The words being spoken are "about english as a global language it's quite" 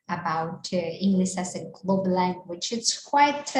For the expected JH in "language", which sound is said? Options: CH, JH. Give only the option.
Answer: CH